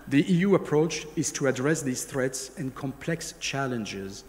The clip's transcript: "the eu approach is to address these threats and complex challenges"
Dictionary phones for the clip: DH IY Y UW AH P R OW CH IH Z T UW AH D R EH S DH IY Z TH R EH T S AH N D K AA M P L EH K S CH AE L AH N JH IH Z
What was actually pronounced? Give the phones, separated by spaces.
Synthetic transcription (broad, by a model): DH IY Y UW AH P R OW CH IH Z T UW AH D R EH S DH IY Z TH R EH T S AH N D K AA M P L EH K S CH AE L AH N JH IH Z